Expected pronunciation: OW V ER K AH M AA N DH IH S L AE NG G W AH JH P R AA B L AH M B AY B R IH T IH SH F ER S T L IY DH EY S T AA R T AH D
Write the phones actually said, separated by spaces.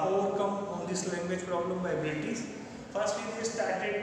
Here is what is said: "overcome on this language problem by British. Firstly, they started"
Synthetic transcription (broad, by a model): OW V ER K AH M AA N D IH S L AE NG G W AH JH P R AA B L AH M B AY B EH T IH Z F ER S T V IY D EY S T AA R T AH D